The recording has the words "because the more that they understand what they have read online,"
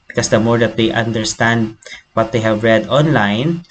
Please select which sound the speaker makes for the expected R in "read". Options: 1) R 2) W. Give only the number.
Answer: 1